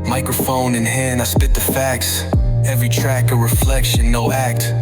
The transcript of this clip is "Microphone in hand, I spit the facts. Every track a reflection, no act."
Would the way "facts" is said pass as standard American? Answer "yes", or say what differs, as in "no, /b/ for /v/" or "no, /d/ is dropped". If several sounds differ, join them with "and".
yes